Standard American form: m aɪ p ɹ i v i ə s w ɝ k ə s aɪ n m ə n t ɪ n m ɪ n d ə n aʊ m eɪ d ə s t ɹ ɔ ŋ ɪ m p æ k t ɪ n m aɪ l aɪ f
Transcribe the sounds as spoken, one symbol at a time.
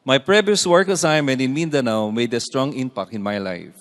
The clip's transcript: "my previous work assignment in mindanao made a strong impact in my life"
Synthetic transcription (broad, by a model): m aɪ p ɹ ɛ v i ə s w ɝ k ə s aɪ n m ə n t ɪ n m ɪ n d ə n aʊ m eɪ d ə s t ɹ ɔ ŋ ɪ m p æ k ɪ n m aɪ l aɪ f